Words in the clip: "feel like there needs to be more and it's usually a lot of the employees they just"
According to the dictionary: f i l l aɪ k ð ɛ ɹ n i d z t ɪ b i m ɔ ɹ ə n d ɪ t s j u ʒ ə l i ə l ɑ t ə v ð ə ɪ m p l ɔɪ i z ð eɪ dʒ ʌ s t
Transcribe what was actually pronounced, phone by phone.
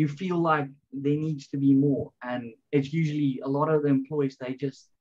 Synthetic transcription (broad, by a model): f i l l aɪ k ð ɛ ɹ n i d z t ɪ b i m ɔ ɹ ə n ɪ t s j u ʒ ə l i ə l ɑ t ə v ð ə ɪ m p l ɔɪ i z ð eɪ dʒ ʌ s t